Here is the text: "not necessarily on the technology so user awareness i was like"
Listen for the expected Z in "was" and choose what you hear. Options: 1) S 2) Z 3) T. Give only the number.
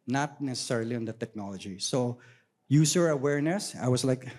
1